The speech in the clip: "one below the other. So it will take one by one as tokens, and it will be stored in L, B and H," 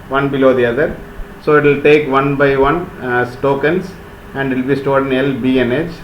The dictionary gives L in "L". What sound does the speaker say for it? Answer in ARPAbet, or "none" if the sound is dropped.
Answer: L